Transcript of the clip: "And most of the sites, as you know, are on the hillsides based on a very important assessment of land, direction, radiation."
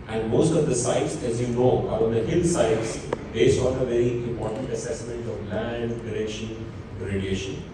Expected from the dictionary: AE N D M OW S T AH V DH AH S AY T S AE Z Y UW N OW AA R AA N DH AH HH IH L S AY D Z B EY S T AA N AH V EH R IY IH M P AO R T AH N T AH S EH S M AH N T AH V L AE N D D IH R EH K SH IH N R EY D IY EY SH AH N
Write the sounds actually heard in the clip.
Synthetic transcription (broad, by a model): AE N D M OW S T AH V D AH S AY T S AE Z Y UW N OW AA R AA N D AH HH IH L S AY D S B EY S AA N AH V EH R IY IH M P AO R T AH N T AH S EH S M AH N T AH V L AE N D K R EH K SH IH N R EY D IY EY SH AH N